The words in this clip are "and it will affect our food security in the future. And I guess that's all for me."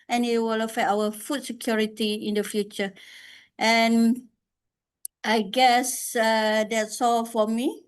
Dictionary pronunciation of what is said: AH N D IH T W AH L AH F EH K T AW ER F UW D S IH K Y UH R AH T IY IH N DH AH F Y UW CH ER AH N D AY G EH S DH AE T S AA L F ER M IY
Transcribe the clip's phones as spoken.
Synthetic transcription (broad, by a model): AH N IH T W AH L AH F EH T AW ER F UW D S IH K Y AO R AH T IY IH N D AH F Y UW CH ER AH N AY G EH S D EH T S AA L F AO M IY